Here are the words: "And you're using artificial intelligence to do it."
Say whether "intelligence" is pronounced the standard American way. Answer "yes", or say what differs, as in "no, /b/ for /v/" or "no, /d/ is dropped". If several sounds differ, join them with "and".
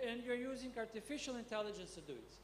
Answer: yes